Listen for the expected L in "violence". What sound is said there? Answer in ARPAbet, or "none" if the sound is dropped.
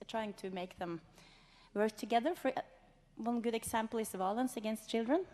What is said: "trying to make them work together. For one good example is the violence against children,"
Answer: L